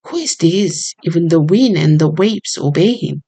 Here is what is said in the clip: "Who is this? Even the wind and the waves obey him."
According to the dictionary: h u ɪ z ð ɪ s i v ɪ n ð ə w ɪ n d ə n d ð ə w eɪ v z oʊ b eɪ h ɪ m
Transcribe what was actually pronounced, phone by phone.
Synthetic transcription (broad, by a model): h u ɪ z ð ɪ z i v ɪ n ð ə w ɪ n ə n ð ə w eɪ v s oʊ b eɪ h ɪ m